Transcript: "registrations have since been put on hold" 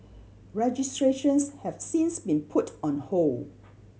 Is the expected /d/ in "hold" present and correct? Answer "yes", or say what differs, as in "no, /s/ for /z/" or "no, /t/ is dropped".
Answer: no, /d/ is dropped